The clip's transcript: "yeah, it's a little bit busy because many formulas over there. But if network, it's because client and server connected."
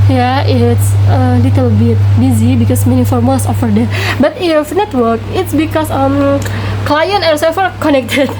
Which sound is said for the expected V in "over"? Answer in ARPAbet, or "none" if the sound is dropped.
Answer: F